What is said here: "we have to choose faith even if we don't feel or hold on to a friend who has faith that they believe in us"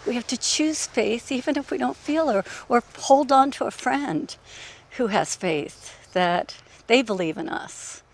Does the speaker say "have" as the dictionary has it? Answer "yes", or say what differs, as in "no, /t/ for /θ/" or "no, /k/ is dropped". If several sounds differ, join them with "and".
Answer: no, /f/ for /v/